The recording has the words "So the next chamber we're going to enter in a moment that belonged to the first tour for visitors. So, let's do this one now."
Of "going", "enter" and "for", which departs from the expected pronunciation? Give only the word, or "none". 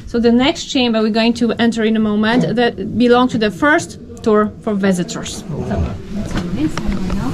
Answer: none